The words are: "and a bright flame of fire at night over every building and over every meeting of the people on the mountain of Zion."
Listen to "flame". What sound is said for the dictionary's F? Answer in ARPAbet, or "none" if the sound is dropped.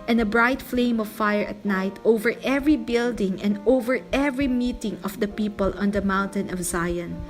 F